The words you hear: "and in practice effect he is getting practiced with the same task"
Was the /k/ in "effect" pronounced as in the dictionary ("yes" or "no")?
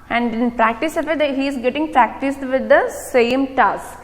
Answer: no